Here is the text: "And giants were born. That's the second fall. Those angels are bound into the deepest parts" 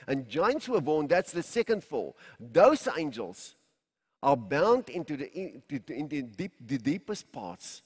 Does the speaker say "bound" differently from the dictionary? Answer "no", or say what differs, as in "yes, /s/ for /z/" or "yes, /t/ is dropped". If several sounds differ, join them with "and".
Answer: no